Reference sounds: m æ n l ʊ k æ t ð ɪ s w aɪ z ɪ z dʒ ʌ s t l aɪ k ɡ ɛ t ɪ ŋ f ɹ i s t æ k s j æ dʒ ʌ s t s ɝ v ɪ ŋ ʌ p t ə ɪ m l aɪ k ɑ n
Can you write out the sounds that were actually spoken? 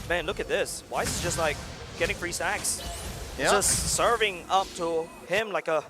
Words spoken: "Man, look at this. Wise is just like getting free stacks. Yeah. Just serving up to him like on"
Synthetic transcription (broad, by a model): m æ n l ʊ k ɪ t ð ɪ s w aɪ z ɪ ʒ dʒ ʌ s t l aɪ k ɡ ɛ t ɪ ŋ f ɹ i s æ k s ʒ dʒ ʌ s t s ɝ v ɪ ŋ ʌ p t ə ɪ m l aɪ k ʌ